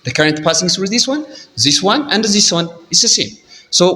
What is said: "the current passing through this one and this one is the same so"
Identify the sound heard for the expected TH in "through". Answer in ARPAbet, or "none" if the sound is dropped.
S